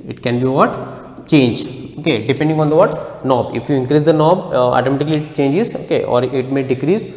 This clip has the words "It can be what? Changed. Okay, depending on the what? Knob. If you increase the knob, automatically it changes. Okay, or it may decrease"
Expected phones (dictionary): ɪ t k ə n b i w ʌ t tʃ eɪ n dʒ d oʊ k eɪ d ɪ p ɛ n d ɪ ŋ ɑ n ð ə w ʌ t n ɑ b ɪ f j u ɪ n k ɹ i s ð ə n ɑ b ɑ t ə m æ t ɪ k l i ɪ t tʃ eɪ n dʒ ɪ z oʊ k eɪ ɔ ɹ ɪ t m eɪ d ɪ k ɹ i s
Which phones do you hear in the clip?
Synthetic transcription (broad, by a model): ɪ t k ə n b i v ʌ t tʃ eɪ n dʒ oʊ k eɪ d ɪ p ɛ n d ɪ ŋ ɑ n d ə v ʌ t n ɑ b ɪ f j u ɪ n k ɹ i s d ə n ɑ b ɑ t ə m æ t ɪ k l i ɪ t tʃ eɪ n dʒ ɪ z oʊ k eɪ ɔ ɹ ɪ t m eɪ d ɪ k ɹ i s